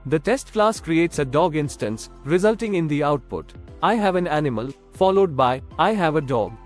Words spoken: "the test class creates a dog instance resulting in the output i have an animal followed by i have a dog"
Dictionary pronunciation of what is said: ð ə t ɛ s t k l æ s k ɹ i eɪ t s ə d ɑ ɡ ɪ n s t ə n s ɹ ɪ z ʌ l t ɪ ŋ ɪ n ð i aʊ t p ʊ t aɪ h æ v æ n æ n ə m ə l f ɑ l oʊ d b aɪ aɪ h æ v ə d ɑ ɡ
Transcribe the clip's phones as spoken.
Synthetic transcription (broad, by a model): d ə t ɛ s t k l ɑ s k ɹ i eɪ t s ə d ɑ ɡ ɪ n s t ə n s ɹ ɪ z ʌ l t ɪ ŋ ɪ n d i aʊ t p ʊ t aɪ h æ v æ n æ n ə m ə l f ɑ l oʊ d b aɪ aɪ h æ v ə d ɑ ɡ